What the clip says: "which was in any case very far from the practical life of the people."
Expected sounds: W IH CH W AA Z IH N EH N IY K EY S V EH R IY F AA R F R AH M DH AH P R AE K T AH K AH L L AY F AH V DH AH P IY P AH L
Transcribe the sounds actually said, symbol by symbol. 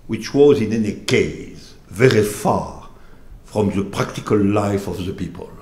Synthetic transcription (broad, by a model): W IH CH W AA Z IH N EH N IY K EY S V EH R IY F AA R F R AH M DH AH P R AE K T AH K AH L L AY F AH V DH AH P IY P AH L